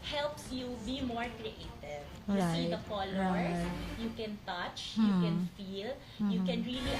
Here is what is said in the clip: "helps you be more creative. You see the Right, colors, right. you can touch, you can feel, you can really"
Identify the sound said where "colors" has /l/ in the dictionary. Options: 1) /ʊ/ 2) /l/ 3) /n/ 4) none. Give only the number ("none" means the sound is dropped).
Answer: 4